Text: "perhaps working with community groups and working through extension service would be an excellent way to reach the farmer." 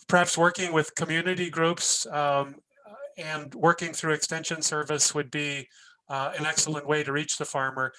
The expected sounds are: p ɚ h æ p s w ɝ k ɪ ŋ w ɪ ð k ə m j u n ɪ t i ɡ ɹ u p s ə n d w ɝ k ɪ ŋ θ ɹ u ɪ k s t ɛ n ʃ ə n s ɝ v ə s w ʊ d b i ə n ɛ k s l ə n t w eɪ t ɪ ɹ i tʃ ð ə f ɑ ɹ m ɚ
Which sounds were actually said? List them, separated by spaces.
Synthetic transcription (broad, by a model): p ɚ h æ p s w ɝ k ɪ ŋ w ɪ ð k ə m j u n ɪ t i ɡ ɹ u p s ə n w ɝ k ɪ ŋ θ ɹ u ɪ k s t ɛ n ʃ ə n s ɝ v ə s w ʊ d b i ə n ɛ k s l ə n t w eɪ t ɪ ɹ i tʃ ð ə f ɑ ɹ m ɚ